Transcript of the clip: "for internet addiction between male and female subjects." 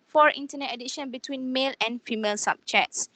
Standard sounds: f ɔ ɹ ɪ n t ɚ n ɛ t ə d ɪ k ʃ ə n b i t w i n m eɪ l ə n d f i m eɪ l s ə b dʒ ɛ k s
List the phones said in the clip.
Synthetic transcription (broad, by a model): f ɔ ɹ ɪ n t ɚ n ɛ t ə d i ʃ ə n b i t w i n m eɪ l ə n f i m eɪ l s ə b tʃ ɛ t s